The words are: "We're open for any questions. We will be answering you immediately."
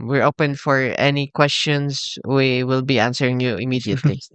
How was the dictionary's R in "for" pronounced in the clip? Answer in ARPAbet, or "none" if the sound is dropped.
R